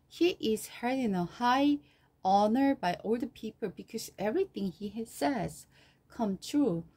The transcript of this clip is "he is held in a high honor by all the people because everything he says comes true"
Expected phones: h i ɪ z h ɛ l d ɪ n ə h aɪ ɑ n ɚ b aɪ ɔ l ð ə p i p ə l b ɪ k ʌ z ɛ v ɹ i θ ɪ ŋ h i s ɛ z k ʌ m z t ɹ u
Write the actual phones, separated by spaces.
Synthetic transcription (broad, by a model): h i ɪ z h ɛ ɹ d ɪ n ə h aɪ ɑ n ɚ b aɪ ɔ l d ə p i p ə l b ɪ k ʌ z ɛ v ɹ i θ ɪ ŋ h i s ɛ z k ʌ m t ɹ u